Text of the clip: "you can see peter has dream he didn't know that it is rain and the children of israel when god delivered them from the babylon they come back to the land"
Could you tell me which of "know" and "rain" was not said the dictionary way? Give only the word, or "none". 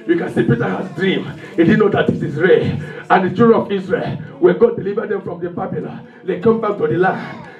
rain